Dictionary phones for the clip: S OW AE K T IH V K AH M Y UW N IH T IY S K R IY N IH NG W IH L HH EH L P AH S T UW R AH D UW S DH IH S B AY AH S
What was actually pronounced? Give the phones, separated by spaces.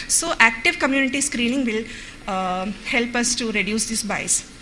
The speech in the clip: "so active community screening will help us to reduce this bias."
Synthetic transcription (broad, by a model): S OW AE K T IH V K AH M Y UW N IH T IY S K R IY N IH NG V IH L HH EH L P AH S T UW R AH D UW S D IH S B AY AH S